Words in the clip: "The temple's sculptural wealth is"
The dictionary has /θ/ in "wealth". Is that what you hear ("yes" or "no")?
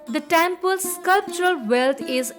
no